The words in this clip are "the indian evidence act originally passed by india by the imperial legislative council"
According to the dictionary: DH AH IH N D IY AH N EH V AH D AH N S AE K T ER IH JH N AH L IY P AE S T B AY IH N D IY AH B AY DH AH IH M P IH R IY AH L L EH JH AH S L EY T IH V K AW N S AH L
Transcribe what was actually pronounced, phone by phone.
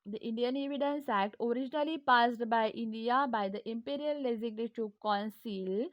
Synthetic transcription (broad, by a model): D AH IH N D IY AH N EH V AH D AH N S AE K T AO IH JH N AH L IY P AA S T B AY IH N D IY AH B AY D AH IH M P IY R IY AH L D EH Z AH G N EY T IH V K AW N S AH L